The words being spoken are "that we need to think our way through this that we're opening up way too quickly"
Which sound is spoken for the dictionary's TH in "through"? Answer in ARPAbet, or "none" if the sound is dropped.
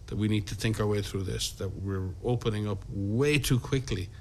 TH